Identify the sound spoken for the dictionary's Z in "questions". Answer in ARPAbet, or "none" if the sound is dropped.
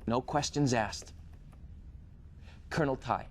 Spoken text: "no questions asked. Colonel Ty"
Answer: Z